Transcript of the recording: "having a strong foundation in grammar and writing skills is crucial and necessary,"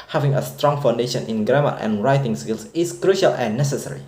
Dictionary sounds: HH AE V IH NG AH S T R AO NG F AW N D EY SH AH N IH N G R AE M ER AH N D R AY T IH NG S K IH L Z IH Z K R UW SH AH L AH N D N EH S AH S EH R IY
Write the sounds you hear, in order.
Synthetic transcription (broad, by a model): HH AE V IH NG AH S T R AO NG F AW N D EY SH AH N IH N G R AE M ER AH N R AY T IH NG S K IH L S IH S K R UW SH AH L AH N N EH S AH S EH R IY